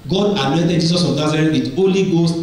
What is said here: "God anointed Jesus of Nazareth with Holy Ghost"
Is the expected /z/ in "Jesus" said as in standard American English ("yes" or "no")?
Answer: no